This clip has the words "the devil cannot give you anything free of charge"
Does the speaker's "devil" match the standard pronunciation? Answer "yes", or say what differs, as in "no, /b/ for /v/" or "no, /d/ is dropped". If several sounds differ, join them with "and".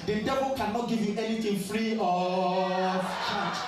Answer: no, /b/ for /v/